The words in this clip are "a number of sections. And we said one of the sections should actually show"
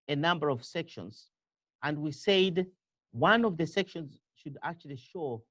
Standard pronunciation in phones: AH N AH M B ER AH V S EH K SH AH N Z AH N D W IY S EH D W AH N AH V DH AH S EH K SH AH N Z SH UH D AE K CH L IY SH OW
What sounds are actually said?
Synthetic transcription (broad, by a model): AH N AH M B ER AH V S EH K SH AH N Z AH N D W IY S EH D W AH N AH V DH AH S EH K SH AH N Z SH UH D AE K CH L IY SH OW